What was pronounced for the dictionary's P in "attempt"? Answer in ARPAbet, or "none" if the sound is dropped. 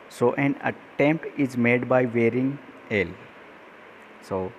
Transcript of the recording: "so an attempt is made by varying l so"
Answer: P